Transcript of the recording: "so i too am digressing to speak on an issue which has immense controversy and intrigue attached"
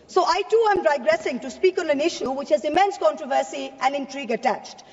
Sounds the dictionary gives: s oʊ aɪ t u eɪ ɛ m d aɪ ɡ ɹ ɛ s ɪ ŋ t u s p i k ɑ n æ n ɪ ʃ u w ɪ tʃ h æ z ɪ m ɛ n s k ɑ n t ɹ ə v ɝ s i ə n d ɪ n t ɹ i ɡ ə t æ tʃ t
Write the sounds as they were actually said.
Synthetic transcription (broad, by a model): s oʊ aɪ t u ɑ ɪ m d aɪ ɡ ɹ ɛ s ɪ ŋ t u s p i k ɑ n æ n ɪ ʃ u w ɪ tʃ h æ z ɪ m ɛ n s k ɑ n t ɹ ə v ɝ s i ə n d ɪ n t ɹ i ɡ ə t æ tʃ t